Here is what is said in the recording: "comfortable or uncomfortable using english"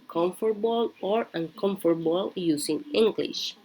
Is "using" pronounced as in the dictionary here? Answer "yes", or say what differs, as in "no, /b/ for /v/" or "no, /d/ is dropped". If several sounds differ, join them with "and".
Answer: no, /s/ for /z/